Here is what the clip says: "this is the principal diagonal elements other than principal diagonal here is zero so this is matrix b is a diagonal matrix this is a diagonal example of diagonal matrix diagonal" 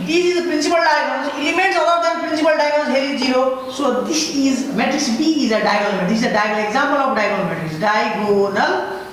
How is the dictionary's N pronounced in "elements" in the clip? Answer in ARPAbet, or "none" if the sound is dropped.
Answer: none